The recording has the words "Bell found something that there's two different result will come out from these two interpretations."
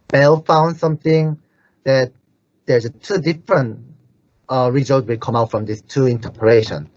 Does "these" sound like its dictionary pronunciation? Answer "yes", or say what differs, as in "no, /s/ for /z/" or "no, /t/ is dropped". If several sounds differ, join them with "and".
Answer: no, /s/ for /z/